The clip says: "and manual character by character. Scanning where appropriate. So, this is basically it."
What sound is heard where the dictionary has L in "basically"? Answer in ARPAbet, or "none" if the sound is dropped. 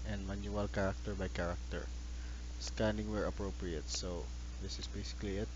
L